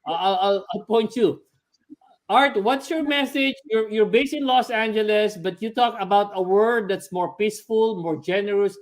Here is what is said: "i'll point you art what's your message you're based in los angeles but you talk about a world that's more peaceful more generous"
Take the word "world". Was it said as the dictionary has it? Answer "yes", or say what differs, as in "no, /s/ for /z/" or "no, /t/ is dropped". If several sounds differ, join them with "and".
no, /l/ is dropped